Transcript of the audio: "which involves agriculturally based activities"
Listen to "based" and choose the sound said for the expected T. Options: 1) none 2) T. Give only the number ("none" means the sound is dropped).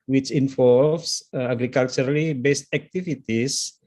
2